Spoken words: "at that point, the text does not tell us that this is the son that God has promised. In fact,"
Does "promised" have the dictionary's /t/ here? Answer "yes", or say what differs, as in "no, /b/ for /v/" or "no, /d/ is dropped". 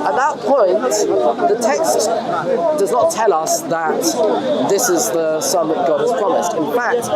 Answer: yes